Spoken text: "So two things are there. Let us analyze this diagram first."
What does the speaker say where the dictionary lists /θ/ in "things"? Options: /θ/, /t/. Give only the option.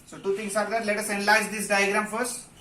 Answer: /t/